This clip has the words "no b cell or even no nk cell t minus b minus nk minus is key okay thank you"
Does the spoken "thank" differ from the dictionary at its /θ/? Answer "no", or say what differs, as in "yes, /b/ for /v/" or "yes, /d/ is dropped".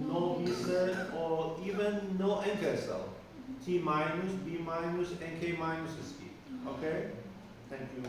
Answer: yes, /t/ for /θ/